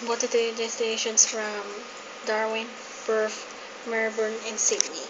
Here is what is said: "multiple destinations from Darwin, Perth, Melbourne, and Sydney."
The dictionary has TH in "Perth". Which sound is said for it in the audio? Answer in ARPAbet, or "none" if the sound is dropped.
F